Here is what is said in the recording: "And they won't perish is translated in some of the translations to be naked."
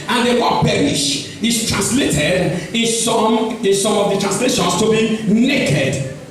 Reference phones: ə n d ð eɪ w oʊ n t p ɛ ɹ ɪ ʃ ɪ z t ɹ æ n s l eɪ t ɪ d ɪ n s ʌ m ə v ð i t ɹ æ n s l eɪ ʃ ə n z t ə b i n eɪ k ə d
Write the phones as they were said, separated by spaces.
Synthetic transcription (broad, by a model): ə n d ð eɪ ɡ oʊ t p ɛ ɹ ɪ ʃ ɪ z t ɹ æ n s l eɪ t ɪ d ɪ n s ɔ m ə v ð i t ɹ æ n s l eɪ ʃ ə n s t ə b i n eɪ k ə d